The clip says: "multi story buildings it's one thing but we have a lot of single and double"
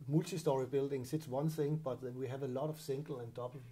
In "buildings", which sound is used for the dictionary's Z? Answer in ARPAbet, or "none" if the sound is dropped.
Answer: S